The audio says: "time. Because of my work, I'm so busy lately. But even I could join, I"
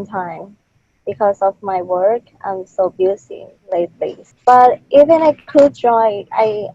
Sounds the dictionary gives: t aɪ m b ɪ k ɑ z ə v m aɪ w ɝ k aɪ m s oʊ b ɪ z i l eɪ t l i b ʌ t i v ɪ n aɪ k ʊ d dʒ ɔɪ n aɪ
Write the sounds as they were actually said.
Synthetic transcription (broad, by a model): t aɪ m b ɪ k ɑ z ə v m aɪ w ɝ k aɪ m s oʊ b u s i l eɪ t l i b ʌ t i v ɪ n aɪ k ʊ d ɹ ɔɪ aɪ